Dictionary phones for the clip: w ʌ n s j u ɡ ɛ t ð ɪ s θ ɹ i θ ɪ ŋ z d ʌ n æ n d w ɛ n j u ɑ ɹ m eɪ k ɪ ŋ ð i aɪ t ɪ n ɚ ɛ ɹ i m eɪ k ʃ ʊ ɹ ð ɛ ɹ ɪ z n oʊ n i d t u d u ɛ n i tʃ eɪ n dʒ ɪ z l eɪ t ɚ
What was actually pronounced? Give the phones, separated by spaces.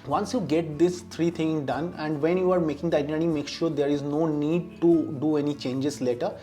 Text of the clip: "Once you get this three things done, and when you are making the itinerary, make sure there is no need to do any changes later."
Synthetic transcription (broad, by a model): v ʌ n s j u ɡ ɛ t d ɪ s t ɹ i t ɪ ŋ d ʌ n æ n d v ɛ n j u ɑ ɹ m eɪ k ɪ ŋ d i aɪ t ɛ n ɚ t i m eɪ k ʃ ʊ ɹ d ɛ ɹ ɪ z n oʊ n i d t u d u ɛ n i tʃ eɪ n dʒ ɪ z l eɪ t ɚ